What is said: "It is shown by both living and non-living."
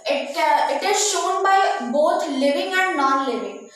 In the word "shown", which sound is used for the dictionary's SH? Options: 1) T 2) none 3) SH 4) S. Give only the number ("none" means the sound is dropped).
3